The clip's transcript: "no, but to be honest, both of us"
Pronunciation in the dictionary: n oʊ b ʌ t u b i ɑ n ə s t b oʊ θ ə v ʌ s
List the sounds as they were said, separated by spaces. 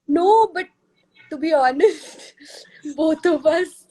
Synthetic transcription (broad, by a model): n oʊ b ʌ t u b i ɑ n ə s t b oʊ t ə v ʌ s